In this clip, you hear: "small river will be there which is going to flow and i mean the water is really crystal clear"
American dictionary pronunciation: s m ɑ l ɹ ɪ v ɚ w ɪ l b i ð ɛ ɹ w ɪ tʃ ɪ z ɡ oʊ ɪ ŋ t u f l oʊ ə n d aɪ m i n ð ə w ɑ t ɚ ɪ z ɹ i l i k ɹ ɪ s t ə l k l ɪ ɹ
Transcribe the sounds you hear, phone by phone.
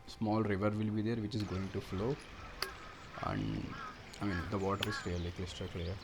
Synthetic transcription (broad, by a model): s m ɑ l ɹ ɪ v ɚ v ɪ l b i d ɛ ɹ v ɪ tʃ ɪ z ɡ oʊ ɪ ŋ t u f l oʊ ə n d aɪ m i n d ə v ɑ t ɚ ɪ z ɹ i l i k l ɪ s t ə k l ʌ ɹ